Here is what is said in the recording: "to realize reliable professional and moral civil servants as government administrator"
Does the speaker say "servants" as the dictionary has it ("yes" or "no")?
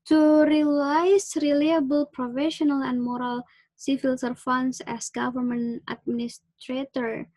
no